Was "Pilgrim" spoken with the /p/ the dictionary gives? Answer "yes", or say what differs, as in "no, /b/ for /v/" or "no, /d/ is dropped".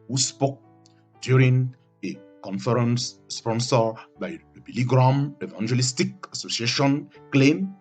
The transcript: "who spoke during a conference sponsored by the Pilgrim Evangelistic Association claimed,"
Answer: no, /b/ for /p/